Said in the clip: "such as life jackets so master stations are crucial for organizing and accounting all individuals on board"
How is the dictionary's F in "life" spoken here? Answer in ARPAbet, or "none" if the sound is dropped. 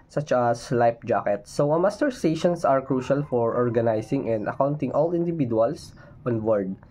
P